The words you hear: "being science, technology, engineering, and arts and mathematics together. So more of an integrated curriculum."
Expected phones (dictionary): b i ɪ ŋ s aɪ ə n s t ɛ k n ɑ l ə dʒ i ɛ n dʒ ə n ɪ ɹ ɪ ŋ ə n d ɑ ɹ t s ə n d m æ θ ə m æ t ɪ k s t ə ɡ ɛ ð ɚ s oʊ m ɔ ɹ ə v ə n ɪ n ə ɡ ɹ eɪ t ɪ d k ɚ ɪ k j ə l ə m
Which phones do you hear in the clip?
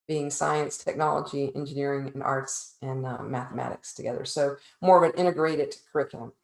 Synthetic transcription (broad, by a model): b i ɪ ŋ s aɪ ə n s t ɛ k n ɑ l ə dʒ i ɛ n dʒ ə n ɪ ɹ ɪ ŋ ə n ɑ ɹ t s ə n m æ θ ə m æ t ɪ k s t ə ɡ ɛ ð ɚ s oʊ m ɔ ɹ ə v ə n ɪ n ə ɡ ɹ eɪ t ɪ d k ɚ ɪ k j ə l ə m